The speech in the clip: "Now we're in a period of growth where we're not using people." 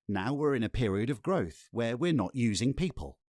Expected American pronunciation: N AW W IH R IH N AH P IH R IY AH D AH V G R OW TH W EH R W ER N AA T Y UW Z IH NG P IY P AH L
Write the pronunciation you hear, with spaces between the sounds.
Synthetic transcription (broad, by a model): N AW W IH R IH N AH P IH R IY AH D AH V G R OW TH W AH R W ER N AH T Y UW Z IH NG P IY P AH L